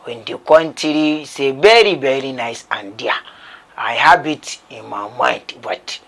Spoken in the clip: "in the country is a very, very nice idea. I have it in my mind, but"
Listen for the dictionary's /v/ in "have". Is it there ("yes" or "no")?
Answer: no